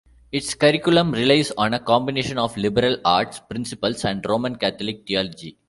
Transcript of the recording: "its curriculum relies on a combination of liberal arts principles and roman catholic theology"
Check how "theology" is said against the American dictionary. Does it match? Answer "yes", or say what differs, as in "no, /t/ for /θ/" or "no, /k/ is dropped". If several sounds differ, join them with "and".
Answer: no, /t/ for /θ/